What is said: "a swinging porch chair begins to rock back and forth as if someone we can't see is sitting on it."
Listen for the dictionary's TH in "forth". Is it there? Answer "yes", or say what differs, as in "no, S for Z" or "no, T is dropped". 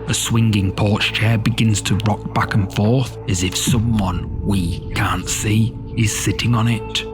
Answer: yes